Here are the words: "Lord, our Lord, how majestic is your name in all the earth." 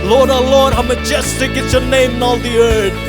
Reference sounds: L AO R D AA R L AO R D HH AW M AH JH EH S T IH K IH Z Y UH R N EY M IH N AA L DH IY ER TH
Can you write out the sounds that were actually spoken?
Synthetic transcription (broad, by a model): L AO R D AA L AO R D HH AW M AH JH EH S T IH K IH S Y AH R N EY M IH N AA L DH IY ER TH